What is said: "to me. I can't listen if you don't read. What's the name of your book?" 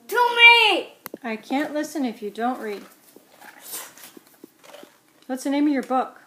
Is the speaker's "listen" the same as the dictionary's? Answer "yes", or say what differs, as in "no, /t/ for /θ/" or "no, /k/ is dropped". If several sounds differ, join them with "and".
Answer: yes